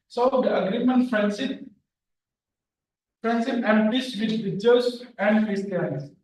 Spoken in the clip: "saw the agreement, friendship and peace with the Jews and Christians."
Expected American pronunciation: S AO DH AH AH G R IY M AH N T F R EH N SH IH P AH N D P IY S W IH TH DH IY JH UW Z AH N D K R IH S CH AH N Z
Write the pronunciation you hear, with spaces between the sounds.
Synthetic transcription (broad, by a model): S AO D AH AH G R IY M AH N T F R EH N S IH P AH N D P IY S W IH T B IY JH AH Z AH N D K R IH S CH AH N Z